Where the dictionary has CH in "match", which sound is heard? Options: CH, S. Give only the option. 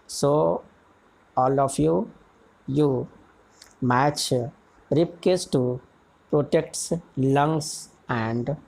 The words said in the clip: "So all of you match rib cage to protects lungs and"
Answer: CH